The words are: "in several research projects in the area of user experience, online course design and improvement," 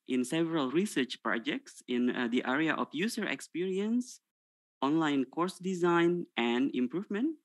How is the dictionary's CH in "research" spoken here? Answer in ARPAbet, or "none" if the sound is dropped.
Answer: CH